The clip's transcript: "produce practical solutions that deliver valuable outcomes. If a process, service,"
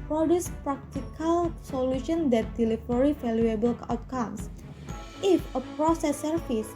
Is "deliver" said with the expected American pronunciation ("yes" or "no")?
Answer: no